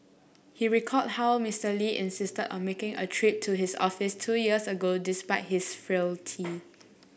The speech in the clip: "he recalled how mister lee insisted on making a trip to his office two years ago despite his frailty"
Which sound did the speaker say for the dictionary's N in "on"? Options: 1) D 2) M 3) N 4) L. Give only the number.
3